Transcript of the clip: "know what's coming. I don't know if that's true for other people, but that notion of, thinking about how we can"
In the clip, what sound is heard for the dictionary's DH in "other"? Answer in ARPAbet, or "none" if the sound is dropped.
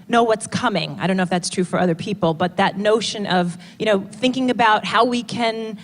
DH